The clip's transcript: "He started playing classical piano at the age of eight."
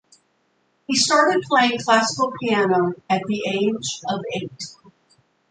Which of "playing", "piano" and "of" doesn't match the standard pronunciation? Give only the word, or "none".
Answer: none